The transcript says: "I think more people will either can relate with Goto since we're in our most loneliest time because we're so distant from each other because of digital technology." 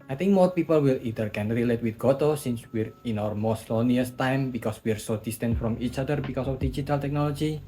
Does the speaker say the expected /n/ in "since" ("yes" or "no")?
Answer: yes